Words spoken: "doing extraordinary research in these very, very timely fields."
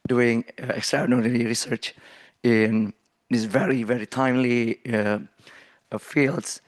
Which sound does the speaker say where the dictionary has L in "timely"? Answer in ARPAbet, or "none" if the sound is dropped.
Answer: L